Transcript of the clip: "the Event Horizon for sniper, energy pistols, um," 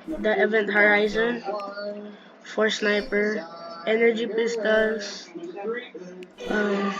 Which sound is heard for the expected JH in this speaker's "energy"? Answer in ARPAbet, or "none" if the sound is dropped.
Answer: JH